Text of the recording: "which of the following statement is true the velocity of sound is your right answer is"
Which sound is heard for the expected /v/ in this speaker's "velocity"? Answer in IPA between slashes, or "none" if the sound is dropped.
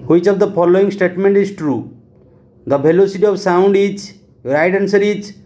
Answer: /b/